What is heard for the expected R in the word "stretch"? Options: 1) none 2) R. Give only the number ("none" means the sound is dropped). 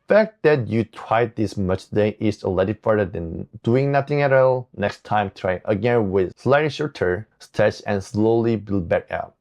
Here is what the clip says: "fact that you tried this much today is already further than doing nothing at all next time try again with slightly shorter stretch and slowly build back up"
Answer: 1